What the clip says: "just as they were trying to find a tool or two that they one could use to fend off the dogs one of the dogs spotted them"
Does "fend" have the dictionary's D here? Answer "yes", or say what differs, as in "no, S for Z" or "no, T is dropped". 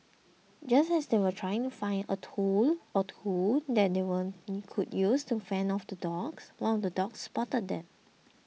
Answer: no, D is dropped